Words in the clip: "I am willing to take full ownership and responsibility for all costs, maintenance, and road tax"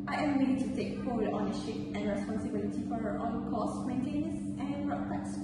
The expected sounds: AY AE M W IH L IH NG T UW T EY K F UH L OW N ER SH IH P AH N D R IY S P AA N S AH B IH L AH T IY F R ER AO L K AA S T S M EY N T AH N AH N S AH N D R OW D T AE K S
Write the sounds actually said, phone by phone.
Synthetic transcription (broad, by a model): AY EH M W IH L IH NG T UW T EY K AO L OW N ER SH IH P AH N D R IY S P AA N S AH B IH L AH T IY F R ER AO N K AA S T M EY N T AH N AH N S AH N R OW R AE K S